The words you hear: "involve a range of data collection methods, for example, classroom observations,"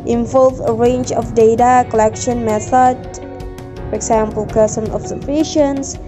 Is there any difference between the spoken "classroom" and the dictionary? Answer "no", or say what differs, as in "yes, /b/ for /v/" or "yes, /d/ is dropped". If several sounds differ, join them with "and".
yes, /l/ is dropped and /ɹ/ is dropped